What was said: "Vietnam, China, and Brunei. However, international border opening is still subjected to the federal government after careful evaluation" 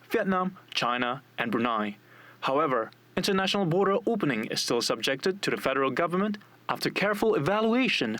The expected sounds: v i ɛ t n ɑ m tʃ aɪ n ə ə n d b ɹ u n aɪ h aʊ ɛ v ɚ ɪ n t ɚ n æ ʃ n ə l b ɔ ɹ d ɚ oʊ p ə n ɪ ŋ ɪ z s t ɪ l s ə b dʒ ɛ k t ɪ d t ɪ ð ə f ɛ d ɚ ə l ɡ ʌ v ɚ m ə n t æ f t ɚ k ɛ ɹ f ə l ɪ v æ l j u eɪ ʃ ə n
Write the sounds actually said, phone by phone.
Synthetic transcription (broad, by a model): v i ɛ t n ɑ m tʃ aɪ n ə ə n b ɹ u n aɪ h aʊ ɛ v ɚ ɪ n t ɚ n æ ʃ n l b ɔ ɹ d ɚ oʊ p ə n ɪ ŋ ɪ z s t ɪ l s ə b dʒ ɛ k t ɪ d t ɪ ð ə f ɛ d ɚ l ɡ ʌ v ɚ m ə n t æ f t ɚ k ɛ ɹ f ə l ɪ v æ l j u eɪ ʃ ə n